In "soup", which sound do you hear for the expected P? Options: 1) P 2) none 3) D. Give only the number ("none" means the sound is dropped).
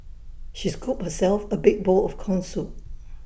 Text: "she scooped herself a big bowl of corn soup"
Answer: 2